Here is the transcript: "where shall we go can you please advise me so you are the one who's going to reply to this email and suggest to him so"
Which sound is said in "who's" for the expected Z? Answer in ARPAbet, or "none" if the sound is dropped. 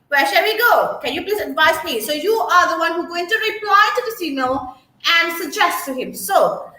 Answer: none